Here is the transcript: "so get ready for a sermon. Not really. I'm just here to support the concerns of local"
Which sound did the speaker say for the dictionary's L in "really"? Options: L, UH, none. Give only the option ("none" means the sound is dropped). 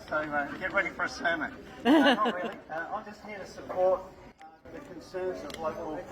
none